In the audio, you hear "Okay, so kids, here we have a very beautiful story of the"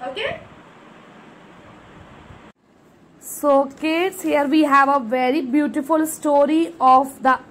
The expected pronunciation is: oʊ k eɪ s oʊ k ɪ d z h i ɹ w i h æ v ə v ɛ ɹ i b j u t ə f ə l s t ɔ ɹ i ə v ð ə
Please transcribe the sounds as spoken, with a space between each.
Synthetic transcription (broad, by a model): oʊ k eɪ s oʊ k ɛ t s h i ɹ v i h æ v ə v ɛ ɹ i b j u t ə f ə l s t ɔ ɹ i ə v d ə